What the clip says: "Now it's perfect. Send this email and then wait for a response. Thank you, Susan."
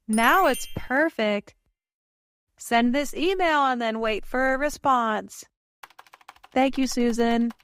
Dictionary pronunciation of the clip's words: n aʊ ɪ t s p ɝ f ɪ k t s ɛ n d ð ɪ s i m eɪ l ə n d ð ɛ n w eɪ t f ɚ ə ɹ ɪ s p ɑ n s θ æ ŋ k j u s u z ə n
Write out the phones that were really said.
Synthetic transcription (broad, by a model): n aʊ ɪ t s p ɝ f ɪ k t s ɛ n ð ɪ s i m eɪ l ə n ð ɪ n w eɪ t f ɚ ə ɹ ɪ s p ɑ n s θ æ ŋ k j u s u z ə n